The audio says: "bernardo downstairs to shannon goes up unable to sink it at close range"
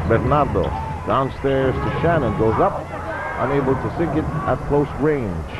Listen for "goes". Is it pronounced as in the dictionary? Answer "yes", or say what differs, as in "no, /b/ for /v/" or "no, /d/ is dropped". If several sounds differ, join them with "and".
yes